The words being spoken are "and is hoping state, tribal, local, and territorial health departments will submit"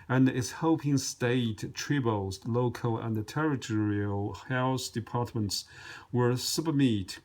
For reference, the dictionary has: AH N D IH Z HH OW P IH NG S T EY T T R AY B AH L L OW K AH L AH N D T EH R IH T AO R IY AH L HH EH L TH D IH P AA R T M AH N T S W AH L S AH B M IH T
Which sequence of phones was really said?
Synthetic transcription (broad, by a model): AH N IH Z HH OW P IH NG S T EY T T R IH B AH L L OW K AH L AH N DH T EH R IH T AO R IY AH L HH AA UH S D IH P AA R T M AH N T S W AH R S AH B M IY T